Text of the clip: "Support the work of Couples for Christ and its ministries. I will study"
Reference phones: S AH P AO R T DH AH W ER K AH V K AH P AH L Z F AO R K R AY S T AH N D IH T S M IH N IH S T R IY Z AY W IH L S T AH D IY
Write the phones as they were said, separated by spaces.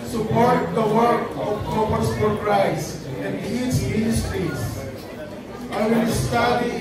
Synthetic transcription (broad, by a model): S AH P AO R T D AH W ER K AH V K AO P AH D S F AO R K R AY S AH N D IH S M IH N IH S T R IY S AY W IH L S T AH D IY